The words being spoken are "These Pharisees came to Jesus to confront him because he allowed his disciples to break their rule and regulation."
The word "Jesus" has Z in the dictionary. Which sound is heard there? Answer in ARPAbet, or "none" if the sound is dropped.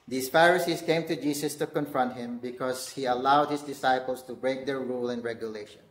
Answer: S